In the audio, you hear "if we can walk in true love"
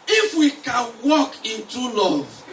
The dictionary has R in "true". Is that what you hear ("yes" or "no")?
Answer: no